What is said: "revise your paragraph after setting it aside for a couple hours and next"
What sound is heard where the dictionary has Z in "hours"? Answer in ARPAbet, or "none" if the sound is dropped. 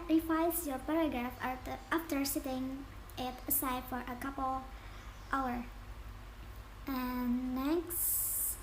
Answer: none